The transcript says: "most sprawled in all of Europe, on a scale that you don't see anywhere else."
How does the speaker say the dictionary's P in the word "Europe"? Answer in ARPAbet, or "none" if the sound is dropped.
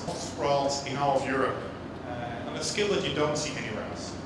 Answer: P